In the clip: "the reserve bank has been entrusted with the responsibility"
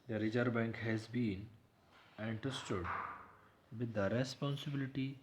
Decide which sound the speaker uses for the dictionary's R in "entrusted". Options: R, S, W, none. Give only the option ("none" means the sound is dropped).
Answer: none